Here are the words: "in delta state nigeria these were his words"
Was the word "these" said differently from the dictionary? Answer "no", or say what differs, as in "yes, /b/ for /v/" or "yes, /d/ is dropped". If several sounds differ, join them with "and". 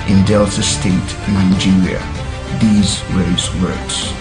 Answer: no